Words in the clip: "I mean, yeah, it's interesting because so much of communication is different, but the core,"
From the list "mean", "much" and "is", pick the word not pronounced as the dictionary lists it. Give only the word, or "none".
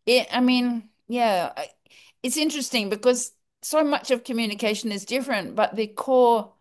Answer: none